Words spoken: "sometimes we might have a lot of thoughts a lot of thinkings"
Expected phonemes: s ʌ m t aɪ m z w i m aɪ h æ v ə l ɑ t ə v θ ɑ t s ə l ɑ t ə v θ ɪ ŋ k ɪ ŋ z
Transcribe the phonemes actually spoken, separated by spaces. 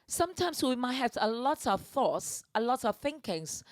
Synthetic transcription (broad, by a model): s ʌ m t aɪ m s w i m aɪ h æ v ə l ɑ t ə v θ ɑ t s ə l ɑ t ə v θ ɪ ŋ k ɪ ŋ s